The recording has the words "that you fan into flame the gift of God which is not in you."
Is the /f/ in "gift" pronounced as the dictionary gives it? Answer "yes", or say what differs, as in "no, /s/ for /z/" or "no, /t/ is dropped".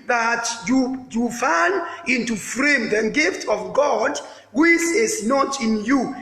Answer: yes